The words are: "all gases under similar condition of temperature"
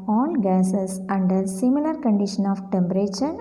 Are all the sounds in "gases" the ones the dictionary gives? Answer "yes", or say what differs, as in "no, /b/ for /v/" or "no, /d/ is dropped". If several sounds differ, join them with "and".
no, /s/ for /z/